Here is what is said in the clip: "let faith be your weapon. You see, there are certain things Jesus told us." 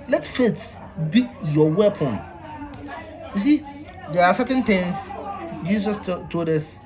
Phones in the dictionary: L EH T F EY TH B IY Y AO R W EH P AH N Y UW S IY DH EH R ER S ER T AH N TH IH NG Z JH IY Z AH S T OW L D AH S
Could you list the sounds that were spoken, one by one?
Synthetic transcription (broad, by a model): L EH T F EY T B IY Y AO W EH P AH N Y UW S IY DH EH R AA S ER T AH N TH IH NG S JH IY S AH S T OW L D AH S